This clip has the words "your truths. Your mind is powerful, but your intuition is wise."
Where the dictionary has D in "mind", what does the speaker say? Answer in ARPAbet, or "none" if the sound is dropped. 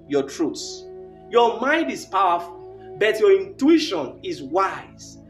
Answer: D